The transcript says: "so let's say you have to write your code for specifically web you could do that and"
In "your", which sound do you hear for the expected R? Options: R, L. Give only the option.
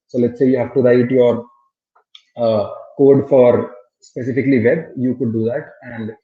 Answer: R